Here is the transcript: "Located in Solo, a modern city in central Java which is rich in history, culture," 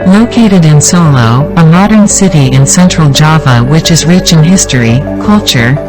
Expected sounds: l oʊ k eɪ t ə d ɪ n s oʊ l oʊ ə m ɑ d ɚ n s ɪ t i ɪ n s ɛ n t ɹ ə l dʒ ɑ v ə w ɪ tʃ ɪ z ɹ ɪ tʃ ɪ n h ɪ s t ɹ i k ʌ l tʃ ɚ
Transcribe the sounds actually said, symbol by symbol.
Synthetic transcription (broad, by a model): l oʊ k eɪ t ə d ɪ n s oʊ l oʊ ə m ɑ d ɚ n s ɪ t i ɪ n s ɛ n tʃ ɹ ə l dʒ ɑ v ə w ɪ tʃ ɪ z ɹ ɪ tʃ ɪ n h ɪ s t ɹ i k ʌ l tʃ ɚ